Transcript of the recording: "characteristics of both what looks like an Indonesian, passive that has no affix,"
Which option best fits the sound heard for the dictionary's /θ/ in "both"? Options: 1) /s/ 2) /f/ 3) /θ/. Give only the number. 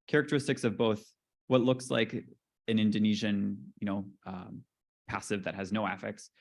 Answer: 3